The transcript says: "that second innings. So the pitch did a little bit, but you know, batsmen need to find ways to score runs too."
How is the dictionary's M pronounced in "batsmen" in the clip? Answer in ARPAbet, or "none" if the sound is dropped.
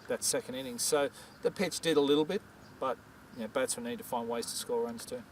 none